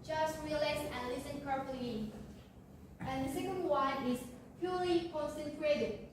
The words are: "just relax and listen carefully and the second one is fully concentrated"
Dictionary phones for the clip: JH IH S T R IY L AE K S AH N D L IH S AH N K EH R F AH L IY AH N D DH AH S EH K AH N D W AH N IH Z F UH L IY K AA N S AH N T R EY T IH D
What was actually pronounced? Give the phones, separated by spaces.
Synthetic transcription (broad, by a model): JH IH S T R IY L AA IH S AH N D L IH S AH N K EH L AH IY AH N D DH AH S EH K AH N D W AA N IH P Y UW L IY K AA N S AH N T R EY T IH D